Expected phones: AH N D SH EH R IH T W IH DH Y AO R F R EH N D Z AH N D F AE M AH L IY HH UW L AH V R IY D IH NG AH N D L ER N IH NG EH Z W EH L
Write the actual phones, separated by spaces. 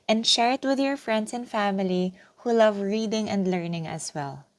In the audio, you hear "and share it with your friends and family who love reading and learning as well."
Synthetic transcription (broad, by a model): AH N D SH EH R IH T W IH DH Y AO R F R EH N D S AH N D F AE M AH L IY HH UW L AH V R IY D IH NG AH N D L ER N IH NG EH S W EH L